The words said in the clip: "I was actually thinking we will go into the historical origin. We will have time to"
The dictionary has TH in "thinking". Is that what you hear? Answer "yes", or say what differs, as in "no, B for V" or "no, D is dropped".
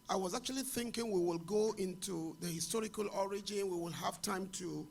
yes